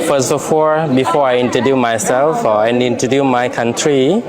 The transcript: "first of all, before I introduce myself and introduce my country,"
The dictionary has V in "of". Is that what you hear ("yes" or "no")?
no